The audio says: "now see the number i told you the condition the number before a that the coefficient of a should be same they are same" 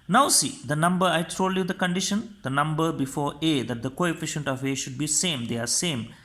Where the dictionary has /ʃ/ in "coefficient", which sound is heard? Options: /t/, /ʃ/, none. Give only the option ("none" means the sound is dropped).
/ʃ/